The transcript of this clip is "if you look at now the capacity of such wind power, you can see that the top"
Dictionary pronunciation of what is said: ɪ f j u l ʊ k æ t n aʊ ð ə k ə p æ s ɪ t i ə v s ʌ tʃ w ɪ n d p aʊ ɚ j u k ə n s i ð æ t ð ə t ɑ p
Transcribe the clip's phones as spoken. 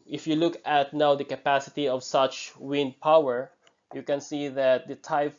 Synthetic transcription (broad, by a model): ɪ f j u l ʊ k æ t n aʊ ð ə k ə p æ s ɪ t i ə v s ʌ tʃ w ɪ n d p aʊ ɚ j u k ə n s i ð æ t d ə t ɑ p